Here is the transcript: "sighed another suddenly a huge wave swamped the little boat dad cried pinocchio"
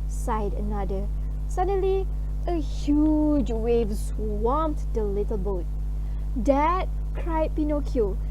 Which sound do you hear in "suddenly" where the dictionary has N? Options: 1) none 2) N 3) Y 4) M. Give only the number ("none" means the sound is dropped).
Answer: 2